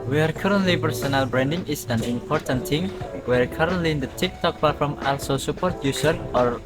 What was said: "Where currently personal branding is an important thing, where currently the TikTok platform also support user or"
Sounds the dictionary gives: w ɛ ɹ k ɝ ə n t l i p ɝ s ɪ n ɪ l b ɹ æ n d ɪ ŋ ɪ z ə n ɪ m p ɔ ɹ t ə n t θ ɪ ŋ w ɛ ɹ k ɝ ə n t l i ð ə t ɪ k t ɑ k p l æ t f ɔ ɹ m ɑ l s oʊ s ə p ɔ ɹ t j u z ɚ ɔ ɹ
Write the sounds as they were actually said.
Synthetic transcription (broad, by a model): w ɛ ɹ k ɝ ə n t l i p ɝ s ɪ n ɪ l b ɹ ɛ n d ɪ ŋ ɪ s ə n ɪ m p ɔ ɹ t ə n t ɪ ŋ w ɛ ɹ k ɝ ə n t l i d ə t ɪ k t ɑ k p ɑ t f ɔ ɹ m ɑ l s oʊ s ə p ɔ ɹ t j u s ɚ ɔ ɹ